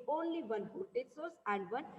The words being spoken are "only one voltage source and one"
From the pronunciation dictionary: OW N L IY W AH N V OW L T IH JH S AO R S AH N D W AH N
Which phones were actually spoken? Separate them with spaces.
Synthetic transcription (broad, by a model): OW N L IY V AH N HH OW T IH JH S AO R S AH N D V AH N